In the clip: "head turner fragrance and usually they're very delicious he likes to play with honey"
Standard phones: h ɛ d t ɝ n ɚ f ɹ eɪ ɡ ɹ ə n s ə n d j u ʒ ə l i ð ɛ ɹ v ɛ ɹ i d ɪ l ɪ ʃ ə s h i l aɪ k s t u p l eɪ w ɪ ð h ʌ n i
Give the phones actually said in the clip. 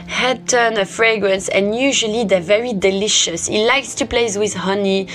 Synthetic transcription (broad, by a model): h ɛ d t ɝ n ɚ f ɹ eɪ ɡ ɹ ə n s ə n j u ʒ ə l i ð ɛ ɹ v ɛ ɹ i d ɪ l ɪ ʃ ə s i l aɪ k s t u p l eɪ w ɪ ð h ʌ n i